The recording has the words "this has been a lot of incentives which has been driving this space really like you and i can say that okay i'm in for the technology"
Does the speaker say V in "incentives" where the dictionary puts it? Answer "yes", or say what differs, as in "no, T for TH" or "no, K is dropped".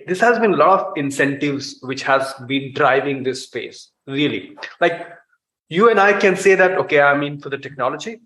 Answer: yes